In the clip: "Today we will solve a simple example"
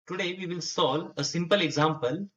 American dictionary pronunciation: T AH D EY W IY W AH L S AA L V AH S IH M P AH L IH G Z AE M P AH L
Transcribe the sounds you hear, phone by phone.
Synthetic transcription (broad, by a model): T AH D EY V IY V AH L S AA L AH S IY M P AH L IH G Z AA M P AH L